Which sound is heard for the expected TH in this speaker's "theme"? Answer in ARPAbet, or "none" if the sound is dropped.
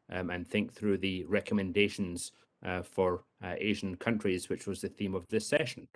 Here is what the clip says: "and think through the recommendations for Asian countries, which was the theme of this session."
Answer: TH